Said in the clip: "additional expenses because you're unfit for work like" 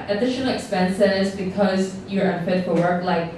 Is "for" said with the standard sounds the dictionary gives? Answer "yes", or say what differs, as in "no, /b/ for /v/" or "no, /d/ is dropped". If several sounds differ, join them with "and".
no, /l/ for /ɹ/